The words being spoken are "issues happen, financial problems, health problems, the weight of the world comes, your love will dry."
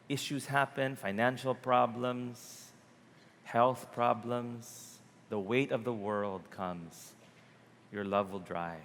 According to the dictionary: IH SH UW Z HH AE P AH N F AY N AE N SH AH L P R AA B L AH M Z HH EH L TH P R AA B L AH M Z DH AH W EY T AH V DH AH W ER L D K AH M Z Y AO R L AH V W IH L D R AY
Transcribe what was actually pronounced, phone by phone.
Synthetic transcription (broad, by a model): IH SH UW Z HH AE P AH N F AY N AE N SH AH L P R AA B L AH M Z HH EH L TH P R AA B L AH M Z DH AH W EY T AH V DH AH W ER L D K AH M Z Y AO R L AH V W IH L D R AY